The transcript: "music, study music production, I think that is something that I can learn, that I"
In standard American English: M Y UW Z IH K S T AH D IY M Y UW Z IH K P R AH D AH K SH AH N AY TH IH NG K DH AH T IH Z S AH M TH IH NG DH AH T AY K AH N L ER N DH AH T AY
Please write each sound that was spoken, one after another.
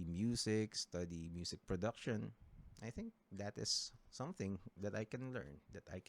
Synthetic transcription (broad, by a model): M Y UW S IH K S T AH D IY M Y UW S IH K P R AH D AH K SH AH N AY TH IH NG K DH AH T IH S AH M TH IH NG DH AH T AY K AH N L ER N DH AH T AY